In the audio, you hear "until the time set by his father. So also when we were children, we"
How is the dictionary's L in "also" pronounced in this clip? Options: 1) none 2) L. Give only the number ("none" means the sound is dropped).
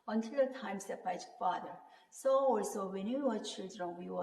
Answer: 2